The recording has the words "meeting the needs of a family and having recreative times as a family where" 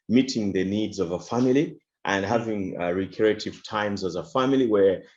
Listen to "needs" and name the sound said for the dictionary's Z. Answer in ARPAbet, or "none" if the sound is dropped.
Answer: Z